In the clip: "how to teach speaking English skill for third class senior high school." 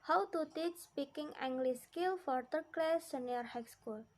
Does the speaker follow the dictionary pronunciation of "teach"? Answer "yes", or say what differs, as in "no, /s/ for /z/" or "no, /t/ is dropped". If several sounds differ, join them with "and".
yes